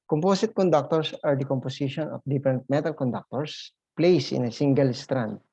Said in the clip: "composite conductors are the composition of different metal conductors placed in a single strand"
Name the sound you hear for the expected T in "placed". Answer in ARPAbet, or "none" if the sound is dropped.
none